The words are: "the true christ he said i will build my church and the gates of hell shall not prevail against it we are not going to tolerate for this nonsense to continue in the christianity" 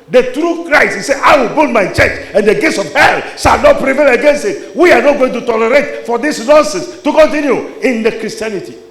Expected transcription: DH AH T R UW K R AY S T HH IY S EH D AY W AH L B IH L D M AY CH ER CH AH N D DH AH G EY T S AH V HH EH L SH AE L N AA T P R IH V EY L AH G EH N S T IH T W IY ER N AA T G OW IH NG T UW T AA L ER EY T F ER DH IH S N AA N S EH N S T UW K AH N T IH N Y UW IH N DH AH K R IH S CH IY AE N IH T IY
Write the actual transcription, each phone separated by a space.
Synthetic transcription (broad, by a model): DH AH T R UW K R AY T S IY S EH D AY W AH L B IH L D M AY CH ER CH AH N D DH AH G EY T S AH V HH EH L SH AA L N AA T P R IH V EY L AH G EH N S T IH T W IY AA N AA T G OW IH NG T UW T AA L ER EY T F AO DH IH S N AA N S EH N S T UW K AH N T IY N Y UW IH N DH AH K R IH S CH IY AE N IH T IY